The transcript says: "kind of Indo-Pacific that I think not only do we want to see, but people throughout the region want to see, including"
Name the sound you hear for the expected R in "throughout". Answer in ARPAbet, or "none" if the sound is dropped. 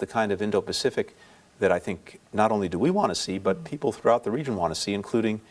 R